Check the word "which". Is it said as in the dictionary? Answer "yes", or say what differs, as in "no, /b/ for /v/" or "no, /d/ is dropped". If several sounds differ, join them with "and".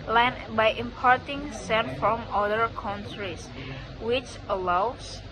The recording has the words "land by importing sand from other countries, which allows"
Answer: yes